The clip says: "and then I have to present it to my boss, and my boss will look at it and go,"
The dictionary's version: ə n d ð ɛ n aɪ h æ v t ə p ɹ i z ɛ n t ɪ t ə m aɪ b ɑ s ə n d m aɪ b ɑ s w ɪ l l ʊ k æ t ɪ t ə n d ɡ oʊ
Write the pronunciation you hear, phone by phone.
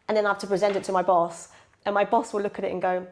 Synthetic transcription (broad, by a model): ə n ð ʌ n aɪ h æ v t ə p ɹ i z ɛ n t ɪ t ə m aɪ b ɑ s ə n m aɪ b ɑ s w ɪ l l ʊ k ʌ t ɪ t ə n ɡ oʊ